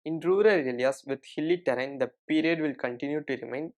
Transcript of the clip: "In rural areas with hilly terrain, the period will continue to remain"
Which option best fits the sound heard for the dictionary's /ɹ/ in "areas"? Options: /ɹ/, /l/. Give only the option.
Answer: /l/